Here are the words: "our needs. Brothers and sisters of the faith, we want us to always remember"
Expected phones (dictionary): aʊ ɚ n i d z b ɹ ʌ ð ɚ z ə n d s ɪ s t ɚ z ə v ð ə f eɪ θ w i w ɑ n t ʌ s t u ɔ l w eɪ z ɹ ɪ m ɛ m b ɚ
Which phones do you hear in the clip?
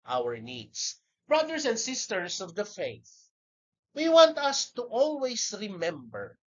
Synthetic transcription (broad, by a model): aʊ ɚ n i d s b ɹ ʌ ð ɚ s ə n d s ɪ s t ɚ s ə v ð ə f eɪ θ w i w ɑ n t ʌ s t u ɔ l w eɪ s ɹ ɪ m ɛ m b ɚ